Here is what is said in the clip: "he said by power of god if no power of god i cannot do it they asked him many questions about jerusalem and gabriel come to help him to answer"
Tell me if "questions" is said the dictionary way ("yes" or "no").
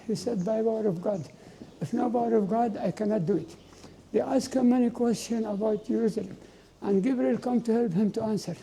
no